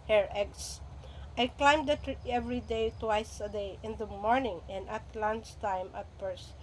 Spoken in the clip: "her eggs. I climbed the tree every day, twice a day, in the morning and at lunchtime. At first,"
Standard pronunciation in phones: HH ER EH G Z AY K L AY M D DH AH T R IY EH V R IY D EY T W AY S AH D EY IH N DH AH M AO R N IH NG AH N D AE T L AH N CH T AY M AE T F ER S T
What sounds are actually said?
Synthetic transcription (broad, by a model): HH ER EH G S AY K L AY M D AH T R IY EH V R IY D EY T W AY S AH D EY IH N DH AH M AO R N IH NG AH N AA T L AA N S T AY M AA T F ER S